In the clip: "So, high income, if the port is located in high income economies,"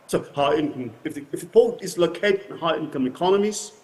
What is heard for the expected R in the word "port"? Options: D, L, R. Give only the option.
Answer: L